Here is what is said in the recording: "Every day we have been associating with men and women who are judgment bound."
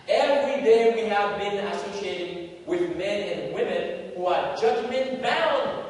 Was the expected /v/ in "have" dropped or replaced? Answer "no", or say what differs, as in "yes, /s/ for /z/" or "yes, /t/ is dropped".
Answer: no